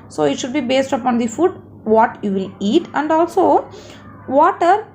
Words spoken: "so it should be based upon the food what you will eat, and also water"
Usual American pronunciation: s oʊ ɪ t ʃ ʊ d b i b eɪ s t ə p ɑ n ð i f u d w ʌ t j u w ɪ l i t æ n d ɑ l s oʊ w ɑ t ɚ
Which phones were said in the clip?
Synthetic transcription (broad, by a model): s oʊ ɪ t ʃ ʊ d b i b eɪ s t ə p ɑ n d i f u d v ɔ t j u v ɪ l i t æ n d ɑ l s oʊ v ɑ t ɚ